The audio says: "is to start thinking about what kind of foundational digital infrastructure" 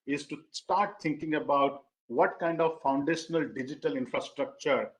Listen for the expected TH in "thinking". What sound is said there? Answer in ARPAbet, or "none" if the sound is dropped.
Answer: T